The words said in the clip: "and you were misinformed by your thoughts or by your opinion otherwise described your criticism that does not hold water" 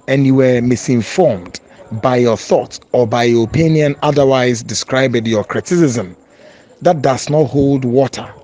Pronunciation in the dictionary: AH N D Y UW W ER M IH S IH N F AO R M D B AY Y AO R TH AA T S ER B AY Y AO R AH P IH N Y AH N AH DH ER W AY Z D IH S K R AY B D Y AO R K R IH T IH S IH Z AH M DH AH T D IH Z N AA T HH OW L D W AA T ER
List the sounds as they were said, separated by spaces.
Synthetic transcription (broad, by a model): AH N Y UW W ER M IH S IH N F AO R M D B AY Y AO TH AA T S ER B AY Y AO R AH P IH N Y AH N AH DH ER W AY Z D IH S K R AY B D Y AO K R IH T IH S IH Z AH M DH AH T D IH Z N AA T HH OW L D W AA T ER